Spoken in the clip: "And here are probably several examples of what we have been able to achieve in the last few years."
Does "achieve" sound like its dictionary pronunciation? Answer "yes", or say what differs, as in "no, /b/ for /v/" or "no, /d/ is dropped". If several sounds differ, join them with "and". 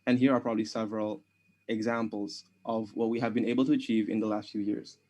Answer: yes